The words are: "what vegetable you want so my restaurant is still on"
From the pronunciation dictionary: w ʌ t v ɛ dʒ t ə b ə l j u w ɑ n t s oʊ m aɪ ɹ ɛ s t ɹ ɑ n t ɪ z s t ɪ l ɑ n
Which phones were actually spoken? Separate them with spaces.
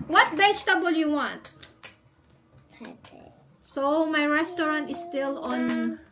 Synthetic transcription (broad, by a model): w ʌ t b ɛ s t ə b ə l j u w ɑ n t s oʊ m aɪ ɹ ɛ s t ɹ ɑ n t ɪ s t ɪ l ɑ n